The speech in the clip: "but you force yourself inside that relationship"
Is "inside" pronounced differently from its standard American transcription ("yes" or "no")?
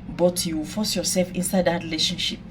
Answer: no